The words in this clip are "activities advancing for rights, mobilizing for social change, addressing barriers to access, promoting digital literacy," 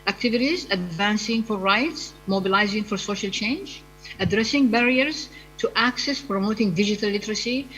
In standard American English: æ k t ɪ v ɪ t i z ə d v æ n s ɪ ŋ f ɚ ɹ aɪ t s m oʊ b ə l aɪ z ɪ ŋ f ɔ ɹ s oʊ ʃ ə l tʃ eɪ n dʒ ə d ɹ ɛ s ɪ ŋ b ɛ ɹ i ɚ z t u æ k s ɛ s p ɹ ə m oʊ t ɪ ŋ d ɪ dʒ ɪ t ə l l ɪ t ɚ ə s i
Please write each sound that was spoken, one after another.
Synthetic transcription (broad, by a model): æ k t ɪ v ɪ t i z ə d v æ n s ɪ ŋ f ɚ ɹ aɪ t s m oʊ b ə l aɪ z ɪ ŋ f ɔ ɹ s oʊ ʃ ə l tʃ eɪ n dʒ ə d ɹ ɛ s ɪ ŋ b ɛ ɹ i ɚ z t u æ k s ɛ s p ɹ ə m oʊ t ɪ ŋ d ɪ dʒ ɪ t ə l l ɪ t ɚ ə s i